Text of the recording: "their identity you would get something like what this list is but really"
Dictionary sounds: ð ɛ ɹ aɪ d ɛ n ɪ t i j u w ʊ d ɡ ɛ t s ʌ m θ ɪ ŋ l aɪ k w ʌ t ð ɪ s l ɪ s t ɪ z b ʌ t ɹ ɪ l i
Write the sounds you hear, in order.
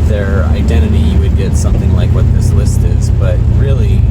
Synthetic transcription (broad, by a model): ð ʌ ɹ aɪ d ɛ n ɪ t i j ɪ w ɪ d ɡ ɛ t s ʌ m θ ɪ ŋ l aɪ k w ʌ t ð ɪ s l ɪ s t ɪ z b ʌ t ɹ ɪ l i